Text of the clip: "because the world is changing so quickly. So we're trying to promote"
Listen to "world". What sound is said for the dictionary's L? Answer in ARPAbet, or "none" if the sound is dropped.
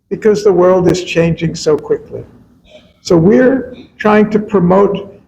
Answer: L